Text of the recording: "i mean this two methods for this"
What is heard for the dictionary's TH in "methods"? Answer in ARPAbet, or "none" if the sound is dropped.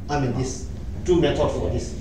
T